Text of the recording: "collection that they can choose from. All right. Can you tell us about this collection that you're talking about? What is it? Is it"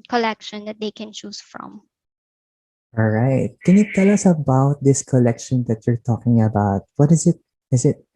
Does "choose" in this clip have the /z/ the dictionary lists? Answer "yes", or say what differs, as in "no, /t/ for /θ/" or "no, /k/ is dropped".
no, /s/ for /z/